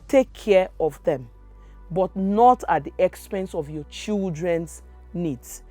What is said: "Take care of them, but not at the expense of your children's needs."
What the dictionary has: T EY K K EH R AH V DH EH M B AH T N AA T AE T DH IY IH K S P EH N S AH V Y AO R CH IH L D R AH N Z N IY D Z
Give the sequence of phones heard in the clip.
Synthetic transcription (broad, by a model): T EY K K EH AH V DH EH M B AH T N AA T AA T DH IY IH K S P EH N S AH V Y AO CH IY L D R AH N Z N IY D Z